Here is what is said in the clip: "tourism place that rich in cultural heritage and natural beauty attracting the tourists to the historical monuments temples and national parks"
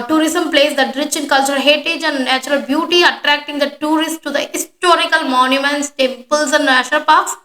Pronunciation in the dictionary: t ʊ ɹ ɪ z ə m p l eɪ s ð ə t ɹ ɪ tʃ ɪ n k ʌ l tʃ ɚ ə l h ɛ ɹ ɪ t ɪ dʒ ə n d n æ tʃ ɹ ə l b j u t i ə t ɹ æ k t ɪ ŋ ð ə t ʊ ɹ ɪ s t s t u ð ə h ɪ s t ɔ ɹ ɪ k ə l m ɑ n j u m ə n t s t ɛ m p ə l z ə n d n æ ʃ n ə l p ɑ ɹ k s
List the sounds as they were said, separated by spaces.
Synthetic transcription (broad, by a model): t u ɹ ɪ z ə m p l eɪ s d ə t ɹ ɪ tʃ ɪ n k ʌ l tʃ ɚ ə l h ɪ t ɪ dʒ ə n d n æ tʃ ɹ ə l b j u t i ə t ɹ æ k t ɪ ŋ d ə t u ɹ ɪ s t t u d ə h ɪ s t ɔ ɹ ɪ k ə l m ɑ n j u m ə n t s t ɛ m p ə l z ə n d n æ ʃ ə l p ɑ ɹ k s